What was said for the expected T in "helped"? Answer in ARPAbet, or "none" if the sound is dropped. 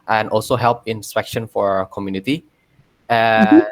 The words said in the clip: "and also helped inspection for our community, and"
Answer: none